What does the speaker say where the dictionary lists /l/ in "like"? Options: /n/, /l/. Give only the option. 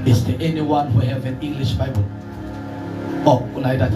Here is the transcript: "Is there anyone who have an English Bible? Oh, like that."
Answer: /n/